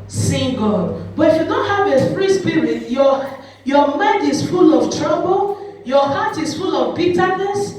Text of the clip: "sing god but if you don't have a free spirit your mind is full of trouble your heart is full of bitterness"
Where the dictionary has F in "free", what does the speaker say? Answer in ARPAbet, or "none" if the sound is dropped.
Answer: P